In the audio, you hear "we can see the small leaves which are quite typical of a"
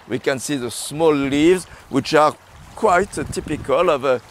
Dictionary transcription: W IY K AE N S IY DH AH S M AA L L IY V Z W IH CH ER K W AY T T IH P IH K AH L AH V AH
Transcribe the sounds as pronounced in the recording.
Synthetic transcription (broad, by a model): W IY K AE N S IY DH AH S M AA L L IY V Z W IH CH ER K W AY T T IH P IH K AH L AH V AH